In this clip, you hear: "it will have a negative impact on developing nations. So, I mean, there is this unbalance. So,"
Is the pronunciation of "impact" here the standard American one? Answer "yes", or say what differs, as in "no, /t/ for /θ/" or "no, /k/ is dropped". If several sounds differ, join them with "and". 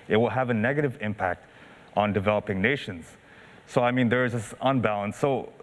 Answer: yes